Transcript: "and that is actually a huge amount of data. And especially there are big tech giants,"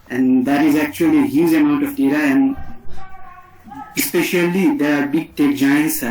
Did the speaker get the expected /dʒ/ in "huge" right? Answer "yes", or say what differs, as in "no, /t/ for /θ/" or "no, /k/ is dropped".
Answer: no, /z/ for /dʒ/